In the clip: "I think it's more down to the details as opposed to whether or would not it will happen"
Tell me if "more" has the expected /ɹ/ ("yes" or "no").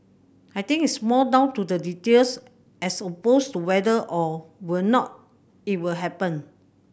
no